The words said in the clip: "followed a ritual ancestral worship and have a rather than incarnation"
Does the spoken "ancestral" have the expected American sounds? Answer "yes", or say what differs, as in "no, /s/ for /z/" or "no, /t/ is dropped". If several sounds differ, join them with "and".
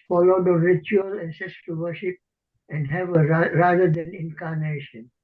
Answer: no, /ɹ/ is dropped